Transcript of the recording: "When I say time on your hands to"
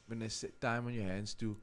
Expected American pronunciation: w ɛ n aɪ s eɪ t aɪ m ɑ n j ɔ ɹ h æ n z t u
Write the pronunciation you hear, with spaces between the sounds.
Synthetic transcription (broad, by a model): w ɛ n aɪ s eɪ t aɪ m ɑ n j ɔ h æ n s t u